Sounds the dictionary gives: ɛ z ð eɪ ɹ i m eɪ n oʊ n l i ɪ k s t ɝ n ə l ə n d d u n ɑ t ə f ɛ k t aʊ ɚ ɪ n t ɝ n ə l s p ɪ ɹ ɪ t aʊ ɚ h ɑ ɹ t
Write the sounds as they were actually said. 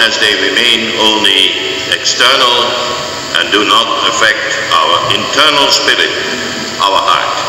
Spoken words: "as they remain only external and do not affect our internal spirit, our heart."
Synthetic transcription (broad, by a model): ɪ z ð eɪ ɹ i m eɪ n oʊ n l i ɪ k s t ɝ n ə l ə n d d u n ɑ t ə f ɛ k t aʊ ɚ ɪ n t ɝ n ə l s p ɪ ɹ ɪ t aʊ ɚ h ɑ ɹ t